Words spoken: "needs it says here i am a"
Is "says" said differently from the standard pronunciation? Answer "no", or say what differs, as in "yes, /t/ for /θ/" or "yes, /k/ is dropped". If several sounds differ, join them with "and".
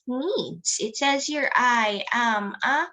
no